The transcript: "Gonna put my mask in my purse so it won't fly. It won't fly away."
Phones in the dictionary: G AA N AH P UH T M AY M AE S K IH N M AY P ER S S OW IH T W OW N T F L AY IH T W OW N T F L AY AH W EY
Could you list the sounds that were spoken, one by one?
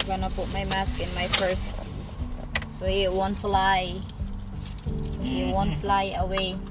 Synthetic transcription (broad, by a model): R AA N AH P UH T M AY M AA S K IH N M AY F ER S S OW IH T W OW N F L AY IH T W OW N F L AY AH W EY